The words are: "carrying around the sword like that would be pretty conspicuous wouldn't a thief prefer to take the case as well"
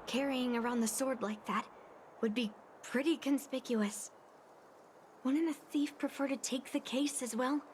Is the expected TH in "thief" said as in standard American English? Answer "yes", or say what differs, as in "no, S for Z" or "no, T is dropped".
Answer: yes